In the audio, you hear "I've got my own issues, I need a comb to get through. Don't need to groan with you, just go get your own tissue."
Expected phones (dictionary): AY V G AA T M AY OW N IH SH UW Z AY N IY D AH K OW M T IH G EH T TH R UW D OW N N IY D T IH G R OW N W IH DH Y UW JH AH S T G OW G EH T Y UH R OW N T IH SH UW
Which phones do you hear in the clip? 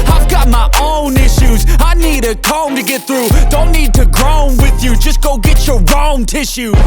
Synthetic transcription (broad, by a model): AY V G AA T M AY OW N IH SH UW Z AY N IY D AH K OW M T IH G EH T TH R UW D OW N N IY D T IH G R OW N W IH DH Y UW JH AH S G OW G EH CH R R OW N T IH SH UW